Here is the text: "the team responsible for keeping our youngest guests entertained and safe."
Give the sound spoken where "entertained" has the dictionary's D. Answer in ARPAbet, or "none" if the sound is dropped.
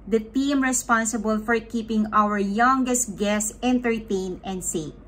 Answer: none